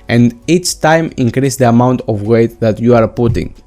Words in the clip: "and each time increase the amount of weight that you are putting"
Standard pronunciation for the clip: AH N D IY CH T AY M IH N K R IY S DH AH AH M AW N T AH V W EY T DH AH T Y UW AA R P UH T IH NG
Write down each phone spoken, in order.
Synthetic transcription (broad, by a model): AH N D IY CH T AY M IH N K R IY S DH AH AH M AW N T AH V W EY T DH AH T Y UW AA R P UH T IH NG